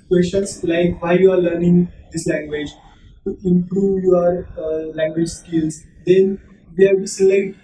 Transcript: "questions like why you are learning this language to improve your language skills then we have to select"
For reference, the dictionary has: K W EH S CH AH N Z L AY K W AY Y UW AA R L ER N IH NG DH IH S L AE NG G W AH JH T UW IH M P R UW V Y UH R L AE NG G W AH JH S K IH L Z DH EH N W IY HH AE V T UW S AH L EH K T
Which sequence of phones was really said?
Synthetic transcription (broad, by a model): K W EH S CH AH N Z L AY K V AY Y UW AA R L ER N IH NG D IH S L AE NG G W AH JH T UW IH M P R UW V Y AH R L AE NG G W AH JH S K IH L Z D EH N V IY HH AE B T UW S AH L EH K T